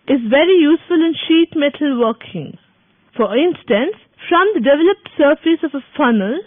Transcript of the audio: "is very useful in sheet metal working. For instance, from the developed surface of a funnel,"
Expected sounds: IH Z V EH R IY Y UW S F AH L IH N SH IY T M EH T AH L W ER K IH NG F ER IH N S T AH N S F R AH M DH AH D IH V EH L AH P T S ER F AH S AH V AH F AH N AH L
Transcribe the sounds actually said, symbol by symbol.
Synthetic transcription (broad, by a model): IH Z V EH R IY Y UW S F AH L IH N SH IY T M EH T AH L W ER K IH NG F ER IH N S T AH N S F R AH M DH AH D IH V EH L AH P T S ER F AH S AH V AH F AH N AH L